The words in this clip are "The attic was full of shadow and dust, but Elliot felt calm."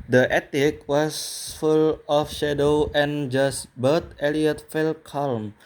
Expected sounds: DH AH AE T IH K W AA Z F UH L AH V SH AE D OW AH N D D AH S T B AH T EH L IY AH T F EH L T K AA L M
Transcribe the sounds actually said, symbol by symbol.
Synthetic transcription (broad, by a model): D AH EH T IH K W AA S F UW L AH F SH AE D OW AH N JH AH S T B AH T EH L IY AH T F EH L K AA L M